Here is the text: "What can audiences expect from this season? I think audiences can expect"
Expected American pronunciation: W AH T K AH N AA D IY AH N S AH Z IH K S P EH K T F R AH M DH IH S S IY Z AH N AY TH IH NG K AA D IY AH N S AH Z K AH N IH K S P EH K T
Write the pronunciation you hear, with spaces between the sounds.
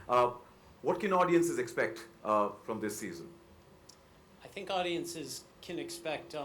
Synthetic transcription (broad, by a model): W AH T K AH N AA D IY AH N S AH Z IH K S P EH K T F R AH M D IH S S IY Z AH N AY TH IH NG K AA D IY AH N S AH Z K AH N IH K S P EH K T